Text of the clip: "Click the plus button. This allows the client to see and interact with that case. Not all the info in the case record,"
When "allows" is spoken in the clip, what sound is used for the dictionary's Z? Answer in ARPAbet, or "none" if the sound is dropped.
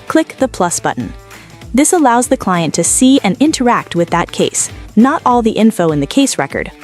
Z